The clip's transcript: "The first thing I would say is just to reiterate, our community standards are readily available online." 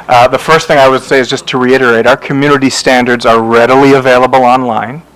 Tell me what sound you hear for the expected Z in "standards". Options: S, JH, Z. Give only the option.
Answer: Z